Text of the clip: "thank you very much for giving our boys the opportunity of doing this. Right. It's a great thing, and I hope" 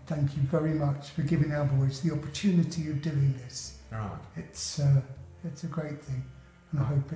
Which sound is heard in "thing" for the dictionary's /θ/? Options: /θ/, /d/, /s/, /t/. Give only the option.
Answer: /θ/